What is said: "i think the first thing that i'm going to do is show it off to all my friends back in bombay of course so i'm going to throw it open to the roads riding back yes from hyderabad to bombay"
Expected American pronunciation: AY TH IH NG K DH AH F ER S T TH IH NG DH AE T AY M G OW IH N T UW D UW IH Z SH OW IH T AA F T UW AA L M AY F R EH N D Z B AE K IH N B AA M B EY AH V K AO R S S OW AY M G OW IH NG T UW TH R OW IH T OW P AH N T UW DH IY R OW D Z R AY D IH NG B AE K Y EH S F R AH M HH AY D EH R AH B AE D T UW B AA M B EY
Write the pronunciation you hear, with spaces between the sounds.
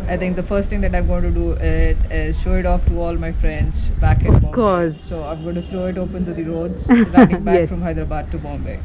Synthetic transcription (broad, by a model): AY T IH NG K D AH F ER S T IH NG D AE T AY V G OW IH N T UW D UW IH Z SH OW IH T AA F T UW AA L M AY F R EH N D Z B AE K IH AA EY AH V K AO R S S OW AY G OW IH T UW T R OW IH T OW P AH N T UW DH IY R OW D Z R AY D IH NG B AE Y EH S F R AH M HH AY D R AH B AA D T UW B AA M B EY